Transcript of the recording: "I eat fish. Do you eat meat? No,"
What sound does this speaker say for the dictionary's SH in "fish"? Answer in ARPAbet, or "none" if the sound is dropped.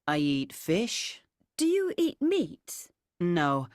SH